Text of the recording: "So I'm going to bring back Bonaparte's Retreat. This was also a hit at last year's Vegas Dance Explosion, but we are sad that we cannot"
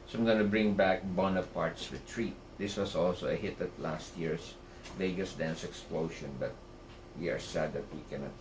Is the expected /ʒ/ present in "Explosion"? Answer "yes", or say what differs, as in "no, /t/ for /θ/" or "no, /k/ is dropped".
no, /ʃ/ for /ʒ/